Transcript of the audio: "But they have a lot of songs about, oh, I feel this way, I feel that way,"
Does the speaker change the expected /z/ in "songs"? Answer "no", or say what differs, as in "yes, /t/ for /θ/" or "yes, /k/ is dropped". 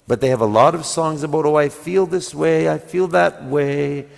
no